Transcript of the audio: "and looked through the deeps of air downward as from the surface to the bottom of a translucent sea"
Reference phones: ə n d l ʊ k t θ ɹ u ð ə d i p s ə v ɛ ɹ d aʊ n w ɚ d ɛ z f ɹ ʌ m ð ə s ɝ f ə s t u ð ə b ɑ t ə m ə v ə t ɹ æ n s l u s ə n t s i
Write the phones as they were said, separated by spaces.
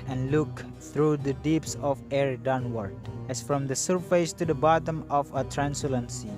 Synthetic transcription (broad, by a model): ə n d l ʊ k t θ ɹ u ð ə d i p s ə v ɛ ɹ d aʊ n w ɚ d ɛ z f ɹ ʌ m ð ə s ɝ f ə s t u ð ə b ɑ t ə m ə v ə t ɹ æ n s u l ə n s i